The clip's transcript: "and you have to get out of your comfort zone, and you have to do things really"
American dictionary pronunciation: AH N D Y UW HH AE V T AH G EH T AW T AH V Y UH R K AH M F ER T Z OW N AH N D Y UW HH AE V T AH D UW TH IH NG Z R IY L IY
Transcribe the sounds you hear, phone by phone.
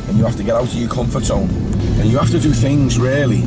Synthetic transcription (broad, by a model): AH N Y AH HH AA F T AH G EH T AW T AH V Y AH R K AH M F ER T S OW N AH N Y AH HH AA F T AH D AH TH IH NG Z R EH L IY